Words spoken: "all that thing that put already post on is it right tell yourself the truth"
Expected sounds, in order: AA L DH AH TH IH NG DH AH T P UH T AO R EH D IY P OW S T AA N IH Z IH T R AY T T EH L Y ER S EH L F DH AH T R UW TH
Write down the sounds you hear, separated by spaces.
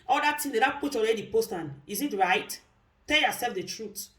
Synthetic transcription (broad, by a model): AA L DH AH T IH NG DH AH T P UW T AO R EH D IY P OW S T AA N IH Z IH T R AY T T EH L Y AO S EH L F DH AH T R UW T